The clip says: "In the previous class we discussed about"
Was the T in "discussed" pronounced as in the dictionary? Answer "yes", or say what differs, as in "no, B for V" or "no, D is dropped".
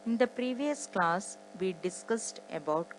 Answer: yes